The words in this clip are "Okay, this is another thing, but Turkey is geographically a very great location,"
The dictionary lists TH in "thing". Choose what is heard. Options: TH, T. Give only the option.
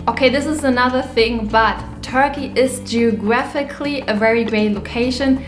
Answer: TH